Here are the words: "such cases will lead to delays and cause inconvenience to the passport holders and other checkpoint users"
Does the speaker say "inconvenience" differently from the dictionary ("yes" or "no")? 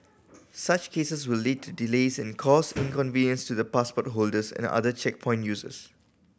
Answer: no